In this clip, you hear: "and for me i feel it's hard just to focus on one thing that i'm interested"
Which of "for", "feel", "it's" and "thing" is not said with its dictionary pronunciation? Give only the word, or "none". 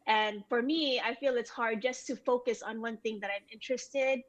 none